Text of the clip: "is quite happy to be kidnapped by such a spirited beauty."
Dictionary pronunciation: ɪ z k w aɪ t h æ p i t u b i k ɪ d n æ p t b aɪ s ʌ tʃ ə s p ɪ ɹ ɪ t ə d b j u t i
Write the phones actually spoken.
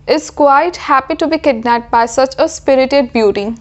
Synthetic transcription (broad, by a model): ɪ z k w aɪ t h æ p i t u b i k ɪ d n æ t b aɪ s ʌ tʃ ə s p ɪ ɹ ɪ t ə d b j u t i